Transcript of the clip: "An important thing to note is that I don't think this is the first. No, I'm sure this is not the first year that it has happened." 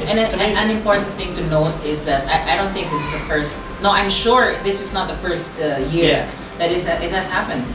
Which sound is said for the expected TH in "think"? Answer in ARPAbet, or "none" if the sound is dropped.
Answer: TH